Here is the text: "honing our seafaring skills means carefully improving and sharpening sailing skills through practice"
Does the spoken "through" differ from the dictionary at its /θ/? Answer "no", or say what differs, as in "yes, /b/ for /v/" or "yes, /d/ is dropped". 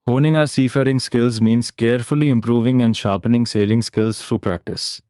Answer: yes, /f/ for /θ/